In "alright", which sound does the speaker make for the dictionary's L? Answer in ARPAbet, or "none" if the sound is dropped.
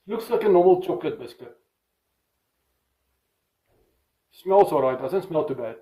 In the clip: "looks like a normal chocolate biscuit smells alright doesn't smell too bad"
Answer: none